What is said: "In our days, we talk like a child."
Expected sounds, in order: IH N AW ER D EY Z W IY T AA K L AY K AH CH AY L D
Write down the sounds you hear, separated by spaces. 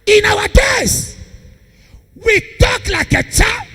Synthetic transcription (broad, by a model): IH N AW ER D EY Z W IY T AA K L AY K AH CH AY